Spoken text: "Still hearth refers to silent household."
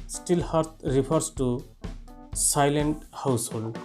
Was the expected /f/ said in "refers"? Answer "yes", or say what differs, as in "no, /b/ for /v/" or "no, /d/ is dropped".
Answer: no, /p/ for /f/